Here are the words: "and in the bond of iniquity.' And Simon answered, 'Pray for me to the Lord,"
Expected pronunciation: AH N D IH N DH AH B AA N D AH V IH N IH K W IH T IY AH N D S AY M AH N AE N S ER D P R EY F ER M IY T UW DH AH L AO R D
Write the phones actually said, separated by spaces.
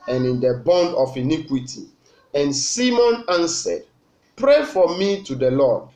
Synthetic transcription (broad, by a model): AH N IH N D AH B AA N D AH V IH N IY K W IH T IY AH N S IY M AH N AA N S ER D P R EY F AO M IY T UW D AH L AO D